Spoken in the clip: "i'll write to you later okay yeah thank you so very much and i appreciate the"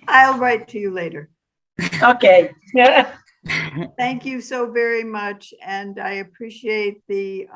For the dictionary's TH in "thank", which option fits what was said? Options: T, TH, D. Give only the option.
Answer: TH